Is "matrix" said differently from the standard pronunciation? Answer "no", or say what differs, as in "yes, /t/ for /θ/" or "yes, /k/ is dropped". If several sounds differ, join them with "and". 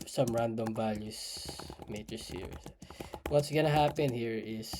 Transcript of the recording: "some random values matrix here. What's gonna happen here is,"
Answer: yes, /ɹ/ is dropped and /k/ is dropped